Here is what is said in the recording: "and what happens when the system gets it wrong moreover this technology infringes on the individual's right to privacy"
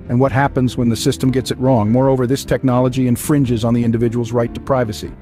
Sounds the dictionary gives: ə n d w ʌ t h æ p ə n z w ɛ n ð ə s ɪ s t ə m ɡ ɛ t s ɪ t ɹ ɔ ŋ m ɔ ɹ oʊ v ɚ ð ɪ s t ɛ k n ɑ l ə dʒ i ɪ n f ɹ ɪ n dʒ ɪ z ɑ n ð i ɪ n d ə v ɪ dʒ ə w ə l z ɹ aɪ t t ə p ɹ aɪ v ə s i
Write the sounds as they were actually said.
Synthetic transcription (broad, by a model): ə n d w ʌ t h æ p ə n z w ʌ n ð ə s ɪ s t ə m ɡ ɛ t s ɪ t ɹ ɔ ŋ m ɔ ɹ oʊ v ɚ ð ɪ s t ɛ k n ɑ l ə dʒ i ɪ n f ɹ ɪ n dʒ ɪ z n ð i ɪ n d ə v ɪ dʒ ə w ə l z ɹ aɪ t t ə p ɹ aɪ v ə s i